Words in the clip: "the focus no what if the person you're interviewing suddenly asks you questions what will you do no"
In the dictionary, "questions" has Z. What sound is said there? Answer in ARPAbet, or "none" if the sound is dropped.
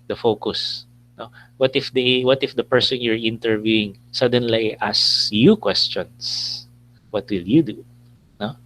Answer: S